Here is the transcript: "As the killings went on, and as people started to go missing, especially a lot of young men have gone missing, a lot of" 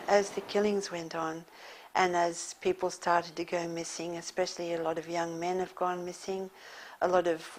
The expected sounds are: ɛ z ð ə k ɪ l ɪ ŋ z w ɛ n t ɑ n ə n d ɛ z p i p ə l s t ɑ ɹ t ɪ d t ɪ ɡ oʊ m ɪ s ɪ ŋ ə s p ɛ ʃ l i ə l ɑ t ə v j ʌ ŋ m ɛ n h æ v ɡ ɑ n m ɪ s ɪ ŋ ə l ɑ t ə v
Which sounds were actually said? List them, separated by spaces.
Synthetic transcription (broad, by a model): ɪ z ð ə k ɪ l ɪ ŋ z w ɛ n t n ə n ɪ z p i p l s t ɑ ɹ t ɪ d t ɪ ɡ oʊ m ɪ s ɪ ŋ ə s p ɛ ʃ l i ə l ɑ t ə v j ʌ ŋ m ɛ n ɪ v ɡ ɑ n m ɪ s ɪ ŋ ə l ɑ t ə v